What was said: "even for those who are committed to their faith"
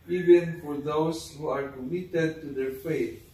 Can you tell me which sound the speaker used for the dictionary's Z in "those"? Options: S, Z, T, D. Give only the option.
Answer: S